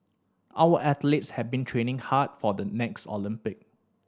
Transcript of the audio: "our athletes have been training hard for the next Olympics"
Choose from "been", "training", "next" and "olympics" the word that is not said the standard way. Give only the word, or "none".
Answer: olympics